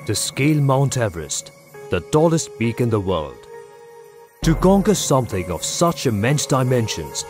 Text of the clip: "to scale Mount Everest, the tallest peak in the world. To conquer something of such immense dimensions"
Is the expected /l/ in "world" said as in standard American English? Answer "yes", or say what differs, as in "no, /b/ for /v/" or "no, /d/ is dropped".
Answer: yes